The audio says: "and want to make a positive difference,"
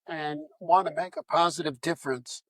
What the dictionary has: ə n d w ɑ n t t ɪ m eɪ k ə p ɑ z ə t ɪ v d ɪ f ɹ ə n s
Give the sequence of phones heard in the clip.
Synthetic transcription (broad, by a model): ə n w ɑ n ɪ m eɪ k ə p ɑ z ə t ɪ v d ɪ f ɹ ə n s